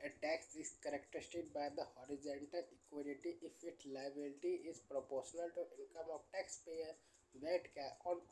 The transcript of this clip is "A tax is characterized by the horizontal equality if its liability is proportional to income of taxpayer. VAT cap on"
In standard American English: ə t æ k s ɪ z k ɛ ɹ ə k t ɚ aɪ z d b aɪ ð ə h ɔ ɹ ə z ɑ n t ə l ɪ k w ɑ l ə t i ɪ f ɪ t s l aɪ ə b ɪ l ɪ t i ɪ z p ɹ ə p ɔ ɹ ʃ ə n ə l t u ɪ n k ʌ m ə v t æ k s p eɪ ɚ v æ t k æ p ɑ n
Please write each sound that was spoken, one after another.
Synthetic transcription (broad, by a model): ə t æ k s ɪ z k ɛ ɹ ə k t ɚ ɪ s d b aɪ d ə h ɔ ɹ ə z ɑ n t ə l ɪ k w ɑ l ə t i ɪ f ɪ t s l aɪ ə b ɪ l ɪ t i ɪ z p ɹ ə p ɔ ɹ ʃ ə n ə l t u ɪ n k ʌ m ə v t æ k s p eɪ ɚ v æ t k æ ɑ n